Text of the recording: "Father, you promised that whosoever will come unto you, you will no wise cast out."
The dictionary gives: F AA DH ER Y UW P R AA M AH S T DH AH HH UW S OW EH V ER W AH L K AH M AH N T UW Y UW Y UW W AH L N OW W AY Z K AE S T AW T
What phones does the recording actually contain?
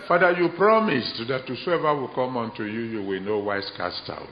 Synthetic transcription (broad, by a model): F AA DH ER Y UW P R AA M AH S T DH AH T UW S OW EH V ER W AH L K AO M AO N T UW Y UW Y UW W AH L N OW W AY S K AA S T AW